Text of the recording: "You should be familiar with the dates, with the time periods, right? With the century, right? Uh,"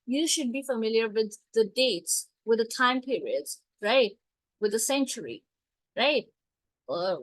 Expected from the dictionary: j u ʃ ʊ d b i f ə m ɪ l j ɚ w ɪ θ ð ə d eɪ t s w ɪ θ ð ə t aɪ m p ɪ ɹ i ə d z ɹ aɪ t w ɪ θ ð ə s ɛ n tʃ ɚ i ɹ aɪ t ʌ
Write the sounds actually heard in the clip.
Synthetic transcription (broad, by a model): j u ʃ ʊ d b i f ə m ɪ l j ɚ w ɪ ð ə d eɪ t s w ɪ ð ə t aɪ m p ɪ ɹ i ə d z ɹ aɪ t w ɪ ð ə s ɛ n tʃ ɚ i ɹ aɪ t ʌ